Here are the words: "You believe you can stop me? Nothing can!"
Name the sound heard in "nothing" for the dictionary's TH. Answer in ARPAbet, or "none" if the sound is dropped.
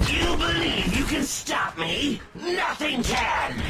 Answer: TH